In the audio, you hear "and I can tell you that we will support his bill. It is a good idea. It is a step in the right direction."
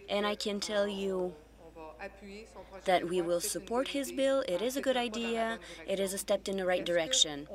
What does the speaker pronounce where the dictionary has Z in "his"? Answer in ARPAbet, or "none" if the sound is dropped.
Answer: Z